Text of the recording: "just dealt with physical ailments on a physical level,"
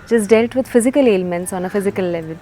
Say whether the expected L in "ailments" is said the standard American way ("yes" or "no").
yes